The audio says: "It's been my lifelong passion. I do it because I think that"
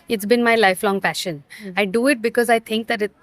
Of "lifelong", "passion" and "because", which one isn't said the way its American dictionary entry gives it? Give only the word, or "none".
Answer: none